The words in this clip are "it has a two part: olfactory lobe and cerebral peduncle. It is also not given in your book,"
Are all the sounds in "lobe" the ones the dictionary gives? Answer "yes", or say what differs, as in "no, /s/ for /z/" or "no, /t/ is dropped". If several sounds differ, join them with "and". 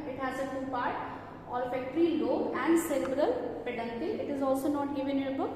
no, /b/ is dropped